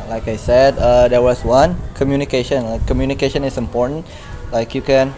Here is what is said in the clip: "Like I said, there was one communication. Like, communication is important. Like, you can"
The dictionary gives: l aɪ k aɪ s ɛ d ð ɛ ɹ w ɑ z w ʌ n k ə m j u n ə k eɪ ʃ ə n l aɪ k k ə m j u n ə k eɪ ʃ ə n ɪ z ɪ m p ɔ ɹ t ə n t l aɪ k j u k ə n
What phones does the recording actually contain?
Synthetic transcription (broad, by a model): l aɪ k aɪ s ɛ d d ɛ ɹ w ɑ s w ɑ n k ə m j u n ə k eɪ ʃ ə n l aɪ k k ə m j u n ə k eɪ ʃ ə n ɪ s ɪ m p ɔ ɹ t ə n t l aɪ k j u k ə n